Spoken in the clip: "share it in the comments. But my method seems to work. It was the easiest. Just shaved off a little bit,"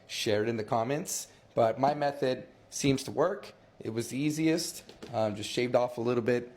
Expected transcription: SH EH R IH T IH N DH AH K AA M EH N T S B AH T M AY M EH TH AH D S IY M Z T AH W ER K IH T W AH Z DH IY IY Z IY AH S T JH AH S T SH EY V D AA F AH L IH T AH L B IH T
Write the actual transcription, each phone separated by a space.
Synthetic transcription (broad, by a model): SH EH R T IH N DH AH K AA M EH N T S B AH T M AY M EH TH AH D S IY M Z T AH W ER K IH T W AH Z DH IY IY Z IY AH S T JH AH S T SH EY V D AA F AH L IH T L B IH T